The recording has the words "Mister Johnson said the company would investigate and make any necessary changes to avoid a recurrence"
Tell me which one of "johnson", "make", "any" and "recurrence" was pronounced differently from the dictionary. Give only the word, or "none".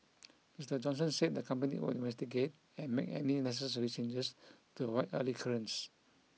recurrence